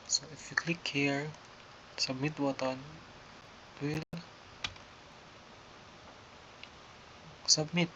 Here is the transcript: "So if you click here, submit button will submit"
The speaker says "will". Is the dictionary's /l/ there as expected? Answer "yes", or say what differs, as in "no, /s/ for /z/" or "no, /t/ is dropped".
yes